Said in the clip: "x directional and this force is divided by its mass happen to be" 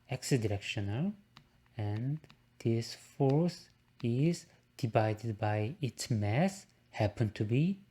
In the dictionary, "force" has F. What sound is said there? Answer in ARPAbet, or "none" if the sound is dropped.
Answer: F